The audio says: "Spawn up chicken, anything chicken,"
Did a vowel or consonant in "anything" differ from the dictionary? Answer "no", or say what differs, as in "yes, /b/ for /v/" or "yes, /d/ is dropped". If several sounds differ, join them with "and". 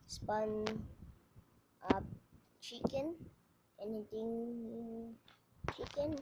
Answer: yes, /t/ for /θ/